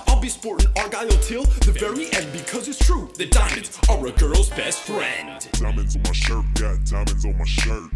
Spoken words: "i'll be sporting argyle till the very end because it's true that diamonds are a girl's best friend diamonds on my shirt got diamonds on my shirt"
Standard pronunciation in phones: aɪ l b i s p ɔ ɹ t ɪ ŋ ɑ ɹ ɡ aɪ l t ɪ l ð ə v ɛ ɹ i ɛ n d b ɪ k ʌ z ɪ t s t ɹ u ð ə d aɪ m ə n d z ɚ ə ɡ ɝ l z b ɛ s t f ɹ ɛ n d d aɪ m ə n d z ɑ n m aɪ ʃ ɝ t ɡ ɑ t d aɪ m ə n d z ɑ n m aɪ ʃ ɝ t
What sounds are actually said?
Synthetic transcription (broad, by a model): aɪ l b i s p ɔ ɹ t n ɑ ɹ ɡ aɪ l t ɪ l ð ə v ɛ ɹ i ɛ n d b ɪ k ʌ z ɪ t s t ɹ u ð ə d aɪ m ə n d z ɚ ə ɡ ɝ l z b ɛ s t f ɹ ɛ n d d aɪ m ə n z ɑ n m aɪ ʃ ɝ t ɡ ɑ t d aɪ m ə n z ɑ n m aɪ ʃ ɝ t